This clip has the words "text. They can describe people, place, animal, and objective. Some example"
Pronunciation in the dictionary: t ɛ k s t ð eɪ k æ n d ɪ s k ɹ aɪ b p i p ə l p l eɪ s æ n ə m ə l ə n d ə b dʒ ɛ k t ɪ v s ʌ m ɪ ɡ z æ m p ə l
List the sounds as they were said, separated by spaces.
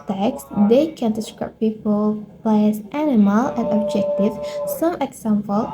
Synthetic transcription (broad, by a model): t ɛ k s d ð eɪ k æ n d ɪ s k ɹ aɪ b p i p ə l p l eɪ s æ n ə m ə l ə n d ə b dʒ ɛ k t ɪ v s ʌ m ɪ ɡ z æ m p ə l